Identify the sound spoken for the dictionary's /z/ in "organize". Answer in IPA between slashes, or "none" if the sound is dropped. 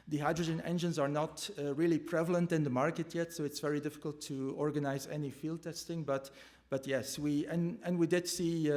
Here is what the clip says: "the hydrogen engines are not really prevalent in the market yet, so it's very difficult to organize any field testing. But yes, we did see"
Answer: /z/